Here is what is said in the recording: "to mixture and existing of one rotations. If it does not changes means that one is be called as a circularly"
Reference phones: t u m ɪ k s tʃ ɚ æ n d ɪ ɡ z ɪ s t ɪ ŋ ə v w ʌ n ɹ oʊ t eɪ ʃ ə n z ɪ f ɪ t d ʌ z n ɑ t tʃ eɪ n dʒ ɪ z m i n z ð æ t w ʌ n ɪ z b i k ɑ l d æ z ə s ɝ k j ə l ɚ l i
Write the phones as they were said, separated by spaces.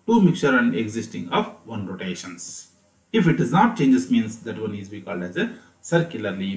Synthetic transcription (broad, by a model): t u m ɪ k tʃ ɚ æ n d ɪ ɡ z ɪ s t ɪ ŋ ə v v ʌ n ɹ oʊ t eɪ ʃ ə n s ɪ f ɪ t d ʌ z n ɑ t tʃ eɪ n dʒ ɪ s m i n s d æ t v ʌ n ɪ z b i k ɑ l d æ z ə s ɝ k j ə l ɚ l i